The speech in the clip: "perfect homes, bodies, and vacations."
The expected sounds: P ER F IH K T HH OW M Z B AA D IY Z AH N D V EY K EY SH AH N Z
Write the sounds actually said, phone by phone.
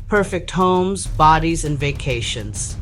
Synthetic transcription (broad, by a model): P ER F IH K T HH OW M Z B AA D IY Z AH N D V EY K EY SH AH N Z